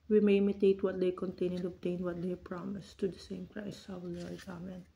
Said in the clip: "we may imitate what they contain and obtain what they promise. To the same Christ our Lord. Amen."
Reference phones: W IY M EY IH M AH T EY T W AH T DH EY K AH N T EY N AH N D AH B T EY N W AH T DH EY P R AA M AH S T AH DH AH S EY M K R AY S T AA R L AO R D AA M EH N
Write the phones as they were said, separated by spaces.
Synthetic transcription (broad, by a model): W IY M EY IH M AH T EY T W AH T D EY K AH N T EY N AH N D AH B T EY N W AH T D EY P R AA M AH S T AH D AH S EY M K R AY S AA W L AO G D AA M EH N